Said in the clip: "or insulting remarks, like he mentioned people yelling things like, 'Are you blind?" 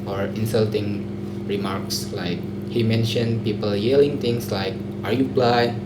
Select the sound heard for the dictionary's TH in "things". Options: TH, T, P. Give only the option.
T